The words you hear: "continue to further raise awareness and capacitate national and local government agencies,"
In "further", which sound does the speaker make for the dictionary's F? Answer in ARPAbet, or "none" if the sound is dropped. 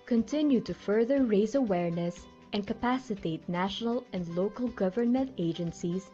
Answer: F